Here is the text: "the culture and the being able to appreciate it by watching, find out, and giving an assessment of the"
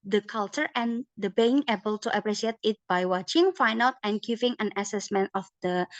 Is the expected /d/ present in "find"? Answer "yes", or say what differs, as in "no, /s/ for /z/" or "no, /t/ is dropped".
no, /d/ is dropped